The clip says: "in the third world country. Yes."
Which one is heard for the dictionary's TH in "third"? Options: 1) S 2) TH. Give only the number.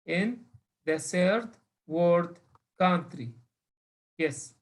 1